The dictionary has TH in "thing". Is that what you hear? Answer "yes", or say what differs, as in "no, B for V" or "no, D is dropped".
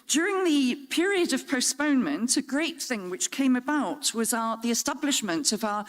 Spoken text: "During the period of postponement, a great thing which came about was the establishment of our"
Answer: yes